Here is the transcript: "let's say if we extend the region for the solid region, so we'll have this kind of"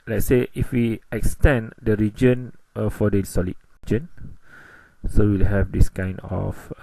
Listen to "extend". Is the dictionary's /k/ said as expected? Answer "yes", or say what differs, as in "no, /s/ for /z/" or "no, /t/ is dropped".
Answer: yes